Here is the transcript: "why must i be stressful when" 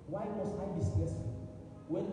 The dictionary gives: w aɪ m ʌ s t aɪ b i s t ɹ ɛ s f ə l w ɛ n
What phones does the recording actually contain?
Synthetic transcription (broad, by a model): w aɪ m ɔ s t aɪ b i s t ɛ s ə w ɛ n